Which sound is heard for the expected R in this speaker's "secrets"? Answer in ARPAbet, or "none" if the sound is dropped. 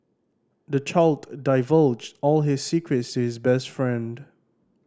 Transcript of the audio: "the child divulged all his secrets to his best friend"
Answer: R